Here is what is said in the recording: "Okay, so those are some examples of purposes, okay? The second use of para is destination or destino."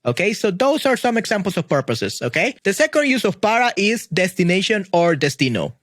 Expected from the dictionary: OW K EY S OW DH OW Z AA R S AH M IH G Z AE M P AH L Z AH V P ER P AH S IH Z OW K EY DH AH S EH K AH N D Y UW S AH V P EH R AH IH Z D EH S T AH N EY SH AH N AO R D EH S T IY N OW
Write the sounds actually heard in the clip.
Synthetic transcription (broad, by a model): OW K EY S OW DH OW S AA R S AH M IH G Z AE M P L S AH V P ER P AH S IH S OW K EY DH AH S EH K AH N D Y UW S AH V P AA R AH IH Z D EH S T AH N EY SH AH N AO R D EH S T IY N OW